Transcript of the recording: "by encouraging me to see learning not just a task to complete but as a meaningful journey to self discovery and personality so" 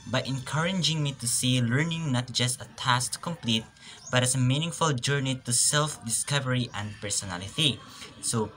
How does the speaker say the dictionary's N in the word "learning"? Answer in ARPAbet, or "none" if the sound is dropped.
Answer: N